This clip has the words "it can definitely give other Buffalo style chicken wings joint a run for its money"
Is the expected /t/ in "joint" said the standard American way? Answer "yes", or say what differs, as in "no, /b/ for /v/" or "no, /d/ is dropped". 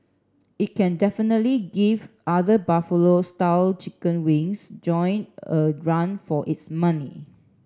no, /t/ is dropped